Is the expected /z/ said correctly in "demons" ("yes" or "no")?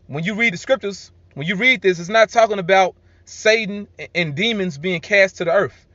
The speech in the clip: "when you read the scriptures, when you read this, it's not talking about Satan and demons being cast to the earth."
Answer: yes